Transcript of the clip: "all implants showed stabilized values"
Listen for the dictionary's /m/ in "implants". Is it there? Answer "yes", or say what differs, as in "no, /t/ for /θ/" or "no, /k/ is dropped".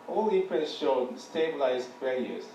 no, /m/ is dropped